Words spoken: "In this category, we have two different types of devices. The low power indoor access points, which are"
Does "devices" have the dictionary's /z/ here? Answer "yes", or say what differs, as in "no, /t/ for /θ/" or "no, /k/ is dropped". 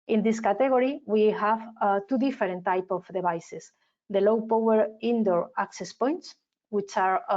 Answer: no, /s/ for /z/